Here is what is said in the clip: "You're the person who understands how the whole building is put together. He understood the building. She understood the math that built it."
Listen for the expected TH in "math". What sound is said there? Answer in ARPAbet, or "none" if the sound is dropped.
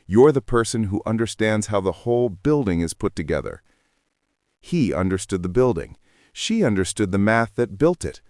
TH